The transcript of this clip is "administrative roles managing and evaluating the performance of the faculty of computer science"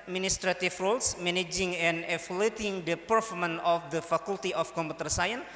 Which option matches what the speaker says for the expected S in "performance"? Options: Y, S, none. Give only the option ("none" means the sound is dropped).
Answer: none